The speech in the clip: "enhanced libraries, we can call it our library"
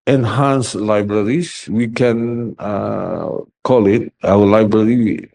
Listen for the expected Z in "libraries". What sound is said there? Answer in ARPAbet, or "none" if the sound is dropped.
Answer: S